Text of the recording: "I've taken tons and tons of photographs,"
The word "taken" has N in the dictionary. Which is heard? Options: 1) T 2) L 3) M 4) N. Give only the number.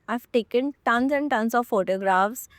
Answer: 4